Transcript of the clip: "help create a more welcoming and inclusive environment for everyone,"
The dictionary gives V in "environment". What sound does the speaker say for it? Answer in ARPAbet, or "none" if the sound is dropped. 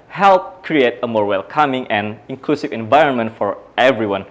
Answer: V